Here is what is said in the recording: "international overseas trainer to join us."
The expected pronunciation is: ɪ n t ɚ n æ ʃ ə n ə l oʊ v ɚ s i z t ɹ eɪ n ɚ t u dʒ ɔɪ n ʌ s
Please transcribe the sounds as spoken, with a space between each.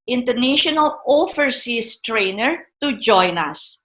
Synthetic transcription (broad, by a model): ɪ n t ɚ n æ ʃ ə n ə l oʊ f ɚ s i s t ɹ eɪ n ɚ t u dʒ ɔɪ n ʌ s